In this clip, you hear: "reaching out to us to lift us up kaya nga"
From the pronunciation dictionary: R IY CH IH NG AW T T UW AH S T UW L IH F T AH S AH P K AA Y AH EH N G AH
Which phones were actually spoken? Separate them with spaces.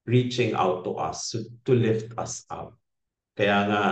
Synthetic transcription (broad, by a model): R IY CH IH NG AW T T UW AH S T UW L IH F T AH S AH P K AA Y AH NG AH